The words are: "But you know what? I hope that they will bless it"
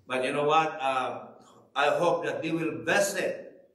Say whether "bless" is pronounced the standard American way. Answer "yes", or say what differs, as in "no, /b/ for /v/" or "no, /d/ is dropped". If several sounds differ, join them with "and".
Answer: no, /l/ is dropped